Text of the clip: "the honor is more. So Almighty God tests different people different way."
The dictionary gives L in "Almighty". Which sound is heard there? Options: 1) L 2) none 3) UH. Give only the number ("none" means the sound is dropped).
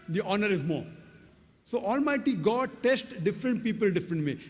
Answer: 1